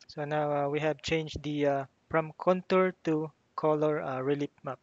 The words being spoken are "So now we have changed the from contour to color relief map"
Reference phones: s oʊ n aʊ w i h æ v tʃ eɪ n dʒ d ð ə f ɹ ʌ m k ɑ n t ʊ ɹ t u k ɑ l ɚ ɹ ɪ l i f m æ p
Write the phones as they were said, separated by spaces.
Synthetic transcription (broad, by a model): s oʊ n aʊ w i h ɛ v tʃ eɪ n dʒ d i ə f ɹ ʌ m k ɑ n t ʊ ɹ t u k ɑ l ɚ ɹ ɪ l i p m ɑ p